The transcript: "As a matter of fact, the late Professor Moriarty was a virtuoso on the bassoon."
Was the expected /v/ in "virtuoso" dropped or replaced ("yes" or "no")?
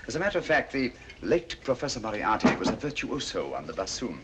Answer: no